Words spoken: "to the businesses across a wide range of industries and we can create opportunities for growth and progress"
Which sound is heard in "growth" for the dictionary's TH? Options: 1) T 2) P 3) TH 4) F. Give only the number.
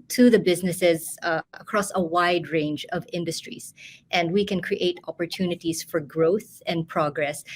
3